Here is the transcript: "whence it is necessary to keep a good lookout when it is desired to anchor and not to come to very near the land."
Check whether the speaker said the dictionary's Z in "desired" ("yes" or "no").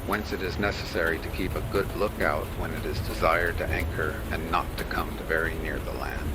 yes